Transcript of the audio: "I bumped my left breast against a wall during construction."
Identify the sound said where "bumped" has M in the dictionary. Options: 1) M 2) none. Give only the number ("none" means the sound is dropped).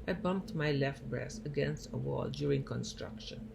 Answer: 1